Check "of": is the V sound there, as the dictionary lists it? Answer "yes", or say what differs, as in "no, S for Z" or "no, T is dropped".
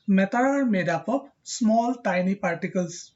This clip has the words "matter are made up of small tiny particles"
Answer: no, P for V